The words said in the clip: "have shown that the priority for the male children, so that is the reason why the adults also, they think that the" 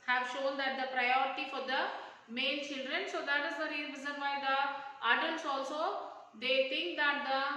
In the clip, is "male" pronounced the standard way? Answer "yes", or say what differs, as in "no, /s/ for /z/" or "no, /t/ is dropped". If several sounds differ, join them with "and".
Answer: no, /n/ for /l/